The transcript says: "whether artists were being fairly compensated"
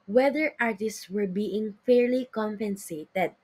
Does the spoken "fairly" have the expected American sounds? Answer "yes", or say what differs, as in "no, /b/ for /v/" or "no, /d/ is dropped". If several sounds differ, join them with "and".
yes